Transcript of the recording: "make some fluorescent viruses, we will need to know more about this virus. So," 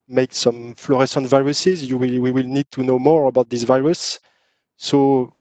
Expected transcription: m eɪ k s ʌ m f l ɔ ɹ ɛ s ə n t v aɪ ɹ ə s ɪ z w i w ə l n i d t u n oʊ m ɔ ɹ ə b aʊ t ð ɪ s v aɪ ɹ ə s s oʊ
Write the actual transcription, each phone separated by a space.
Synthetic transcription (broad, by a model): m eɪ k s ʌ m f l ɔ ɹ ɛ s ə n t v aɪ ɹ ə s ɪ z w i w ə l n i d t u n oʊ m ɔ ɹ ə b aʊ t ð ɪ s v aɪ ɹ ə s s oʊ